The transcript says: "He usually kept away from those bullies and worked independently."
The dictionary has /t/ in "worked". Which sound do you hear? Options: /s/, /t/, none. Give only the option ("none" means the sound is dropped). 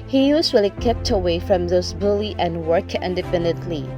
none